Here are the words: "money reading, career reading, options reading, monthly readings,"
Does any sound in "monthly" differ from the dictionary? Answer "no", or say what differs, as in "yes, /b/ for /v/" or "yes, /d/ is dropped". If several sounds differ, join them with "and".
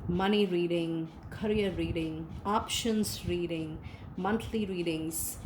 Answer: yes, /t/ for /θ/